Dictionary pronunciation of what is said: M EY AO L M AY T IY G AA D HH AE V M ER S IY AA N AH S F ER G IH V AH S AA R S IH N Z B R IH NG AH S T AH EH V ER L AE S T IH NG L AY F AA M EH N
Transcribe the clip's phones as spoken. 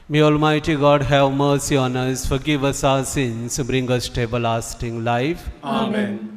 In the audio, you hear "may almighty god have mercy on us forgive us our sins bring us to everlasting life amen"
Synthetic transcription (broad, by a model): M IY AO L M AY T IY G AA D HH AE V M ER S IY AA N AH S F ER G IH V AH S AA S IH N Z B R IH NG AH S T AH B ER L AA S T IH NG L AY F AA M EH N